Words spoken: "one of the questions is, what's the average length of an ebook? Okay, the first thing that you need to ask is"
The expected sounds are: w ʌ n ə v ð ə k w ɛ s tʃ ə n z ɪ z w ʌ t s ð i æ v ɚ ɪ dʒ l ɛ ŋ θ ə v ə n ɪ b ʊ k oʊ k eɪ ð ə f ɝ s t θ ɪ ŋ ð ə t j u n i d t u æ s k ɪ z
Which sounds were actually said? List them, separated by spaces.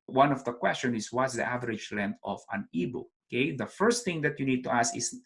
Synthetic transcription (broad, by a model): w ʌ n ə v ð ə k w ɛ s tʃ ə n ɪ s w ʌ t s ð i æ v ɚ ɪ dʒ l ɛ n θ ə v ə n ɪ b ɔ oʊ k eɪ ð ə f ɝ s t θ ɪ ŋ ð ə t j u n i d t u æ s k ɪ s